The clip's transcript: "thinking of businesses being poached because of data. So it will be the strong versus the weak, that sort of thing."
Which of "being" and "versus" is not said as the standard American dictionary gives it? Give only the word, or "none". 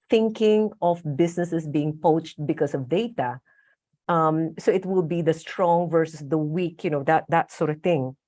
none